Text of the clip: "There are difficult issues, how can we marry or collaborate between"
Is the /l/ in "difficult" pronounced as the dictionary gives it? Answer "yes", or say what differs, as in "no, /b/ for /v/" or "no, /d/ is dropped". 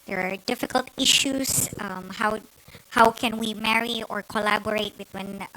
yes